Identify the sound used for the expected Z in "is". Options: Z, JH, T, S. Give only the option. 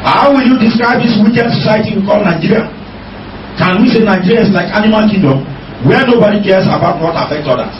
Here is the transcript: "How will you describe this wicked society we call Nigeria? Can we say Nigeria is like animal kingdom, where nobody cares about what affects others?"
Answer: S